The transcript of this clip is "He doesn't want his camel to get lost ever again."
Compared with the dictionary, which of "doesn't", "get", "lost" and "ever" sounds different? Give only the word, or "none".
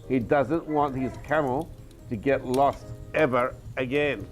none